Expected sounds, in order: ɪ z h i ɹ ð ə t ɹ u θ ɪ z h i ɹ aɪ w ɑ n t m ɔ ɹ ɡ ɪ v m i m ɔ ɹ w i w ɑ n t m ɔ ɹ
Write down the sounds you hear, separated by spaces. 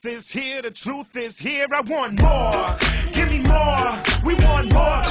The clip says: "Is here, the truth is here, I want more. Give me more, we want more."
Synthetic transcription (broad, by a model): ɪ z h i ɹ ð ə t ɹ u θ ɪ z h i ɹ aɪ w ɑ n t m ɔ ɹ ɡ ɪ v m i m ɔ ɹ w i w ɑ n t m ɔ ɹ